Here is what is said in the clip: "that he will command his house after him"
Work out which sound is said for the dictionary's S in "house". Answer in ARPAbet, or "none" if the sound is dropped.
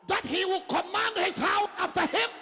none